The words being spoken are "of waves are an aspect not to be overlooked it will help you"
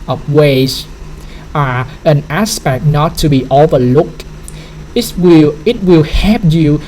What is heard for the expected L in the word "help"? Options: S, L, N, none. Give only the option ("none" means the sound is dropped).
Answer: none